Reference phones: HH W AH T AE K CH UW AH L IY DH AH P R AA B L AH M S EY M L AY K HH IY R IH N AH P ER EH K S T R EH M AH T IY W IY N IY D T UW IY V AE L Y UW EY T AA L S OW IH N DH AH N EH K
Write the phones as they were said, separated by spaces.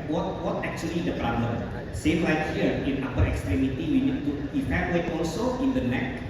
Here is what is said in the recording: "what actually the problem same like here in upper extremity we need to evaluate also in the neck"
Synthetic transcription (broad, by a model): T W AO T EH K CH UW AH L IY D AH P R AA B L AH M S EY M L AY K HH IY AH IH N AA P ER EH K S T R EH M AH T IY W IY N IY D T UW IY P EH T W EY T AA L S OW IH N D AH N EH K